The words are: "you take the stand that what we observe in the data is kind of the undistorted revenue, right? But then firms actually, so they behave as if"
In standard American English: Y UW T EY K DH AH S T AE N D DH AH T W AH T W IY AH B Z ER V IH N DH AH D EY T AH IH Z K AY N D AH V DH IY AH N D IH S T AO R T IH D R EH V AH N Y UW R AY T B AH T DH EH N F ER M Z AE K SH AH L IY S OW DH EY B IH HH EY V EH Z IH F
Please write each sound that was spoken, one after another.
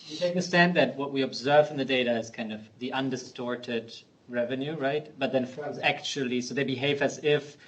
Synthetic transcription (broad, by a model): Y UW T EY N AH S T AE N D DH AH T W AH T W IY AH B Z ER V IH N DH AH D EY T AH IH Z K AY N D AH V DH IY AH N D IH S T AO R T IH D R EH V AH N Y UW R AY T B AH T DH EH N F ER Z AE K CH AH L IY S OW DH EY B IH HH EY V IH Z IH F